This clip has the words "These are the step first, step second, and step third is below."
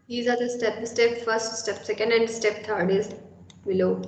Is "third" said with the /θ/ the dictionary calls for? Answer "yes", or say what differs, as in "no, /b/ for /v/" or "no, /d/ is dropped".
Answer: no, /t/ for /θ/